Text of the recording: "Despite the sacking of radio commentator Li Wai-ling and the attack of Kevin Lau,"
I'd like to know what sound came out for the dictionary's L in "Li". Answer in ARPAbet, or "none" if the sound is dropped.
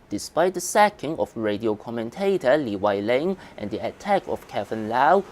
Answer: L